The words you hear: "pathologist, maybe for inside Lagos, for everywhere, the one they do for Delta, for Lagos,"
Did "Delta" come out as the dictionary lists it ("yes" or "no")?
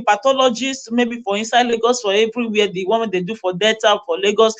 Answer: no